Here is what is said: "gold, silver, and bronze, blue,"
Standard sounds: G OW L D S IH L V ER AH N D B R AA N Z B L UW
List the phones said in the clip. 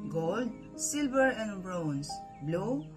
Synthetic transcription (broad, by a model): G OW L D S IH L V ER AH N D B R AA N S B L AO